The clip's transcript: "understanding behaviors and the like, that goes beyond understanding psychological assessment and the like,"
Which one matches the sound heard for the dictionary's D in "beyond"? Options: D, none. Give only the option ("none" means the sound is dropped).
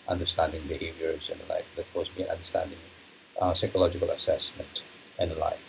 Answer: none